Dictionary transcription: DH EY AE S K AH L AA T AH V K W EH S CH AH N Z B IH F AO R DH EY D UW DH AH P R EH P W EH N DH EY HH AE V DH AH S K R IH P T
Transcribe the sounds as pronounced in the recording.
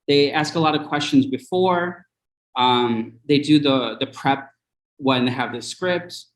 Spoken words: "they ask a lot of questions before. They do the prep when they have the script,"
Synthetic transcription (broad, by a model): DH EY AE S K AH L AA T AH V K W EH S CH AH N Z B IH F AO R DH EY D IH DH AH P R EH P W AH N DH EY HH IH V DH AH S K R IH P T